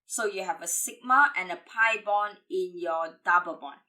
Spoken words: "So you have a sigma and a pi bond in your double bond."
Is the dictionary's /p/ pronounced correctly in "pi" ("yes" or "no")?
yes